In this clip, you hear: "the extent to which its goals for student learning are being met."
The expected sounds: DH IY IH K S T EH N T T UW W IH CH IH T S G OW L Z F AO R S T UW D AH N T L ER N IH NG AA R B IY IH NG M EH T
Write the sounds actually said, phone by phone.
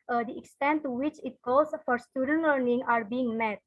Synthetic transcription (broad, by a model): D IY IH K S T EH N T T UW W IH CH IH T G OW Z F AO R S T UW D AH N T L ER N IH NG AA R B IY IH NG M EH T